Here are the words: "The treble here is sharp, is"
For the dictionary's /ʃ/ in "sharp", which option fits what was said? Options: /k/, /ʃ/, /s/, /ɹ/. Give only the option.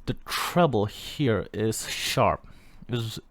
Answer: /ʃ/